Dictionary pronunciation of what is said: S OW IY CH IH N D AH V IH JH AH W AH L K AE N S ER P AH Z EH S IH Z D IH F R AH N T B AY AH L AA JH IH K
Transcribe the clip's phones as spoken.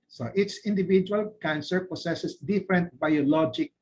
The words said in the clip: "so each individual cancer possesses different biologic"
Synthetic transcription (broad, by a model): S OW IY S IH N D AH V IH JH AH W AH L K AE N S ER P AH S EH S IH S D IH F R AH N T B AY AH L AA JH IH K